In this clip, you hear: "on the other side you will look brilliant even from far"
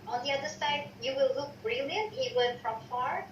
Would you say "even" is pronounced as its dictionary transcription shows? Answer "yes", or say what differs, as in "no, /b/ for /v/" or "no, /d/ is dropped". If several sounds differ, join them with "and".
no, /w/ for /v/